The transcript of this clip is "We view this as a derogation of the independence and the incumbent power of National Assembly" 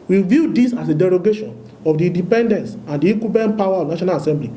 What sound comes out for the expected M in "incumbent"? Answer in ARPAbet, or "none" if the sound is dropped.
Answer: none